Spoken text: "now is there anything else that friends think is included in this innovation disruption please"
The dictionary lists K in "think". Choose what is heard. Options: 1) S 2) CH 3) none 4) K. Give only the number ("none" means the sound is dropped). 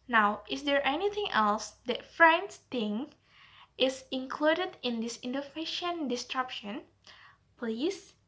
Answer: 3